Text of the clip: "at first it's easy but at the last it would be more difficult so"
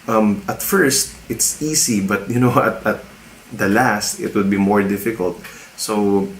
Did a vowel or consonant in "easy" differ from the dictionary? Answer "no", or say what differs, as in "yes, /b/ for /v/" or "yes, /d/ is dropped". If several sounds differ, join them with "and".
yes, /s/ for /z/